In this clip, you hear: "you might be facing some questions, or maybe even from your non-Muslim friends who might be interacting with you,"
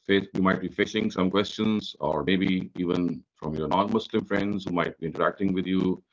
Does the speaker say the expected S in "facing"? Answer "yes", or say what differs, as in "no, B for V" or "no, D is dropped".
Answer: no, SH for S